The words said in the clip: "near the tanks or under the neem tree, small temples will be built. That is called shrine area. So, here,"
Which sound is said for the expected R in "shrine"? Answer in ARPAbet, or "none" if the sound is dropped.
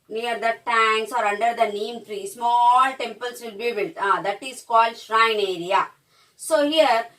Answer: R